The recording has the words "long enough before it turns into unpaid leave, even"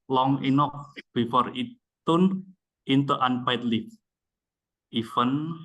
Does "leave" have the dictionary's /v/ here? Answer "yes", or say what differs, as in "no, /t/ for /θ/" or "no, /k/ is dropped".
no, /f/ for /v/